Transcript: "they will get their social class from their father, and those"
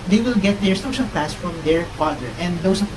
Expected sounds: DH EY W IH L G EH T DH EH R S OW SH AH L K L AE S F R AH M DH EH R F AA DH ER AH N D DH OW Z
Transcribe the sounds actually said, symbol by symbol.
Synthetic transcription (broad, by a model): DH EY W IH L G EH T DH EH R S OW SH AH L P L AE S F R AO M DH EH R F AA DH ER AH N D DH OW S